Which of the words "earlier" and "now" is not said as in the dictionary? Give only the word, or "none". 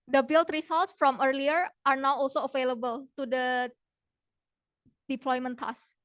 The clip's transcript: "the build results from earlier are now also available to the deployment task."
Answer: none